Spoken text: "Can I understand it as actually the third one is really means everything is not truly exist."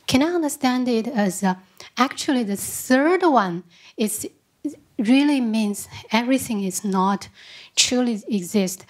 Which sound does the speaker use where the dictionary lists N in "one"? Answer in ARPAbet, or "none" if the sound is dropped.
N